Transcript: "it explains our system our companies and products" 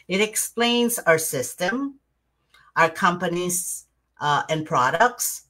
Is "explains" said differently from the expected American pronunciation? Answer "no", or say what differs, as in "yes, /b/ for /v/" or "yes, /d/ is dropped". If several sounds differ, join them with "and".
no